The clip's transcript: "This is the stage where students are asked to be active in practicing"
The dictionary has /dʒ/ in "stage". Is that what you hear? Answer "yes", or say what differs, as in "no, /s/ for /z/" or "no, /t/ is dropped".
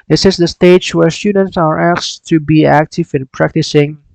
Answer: no, /tʃ/ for /dʒ/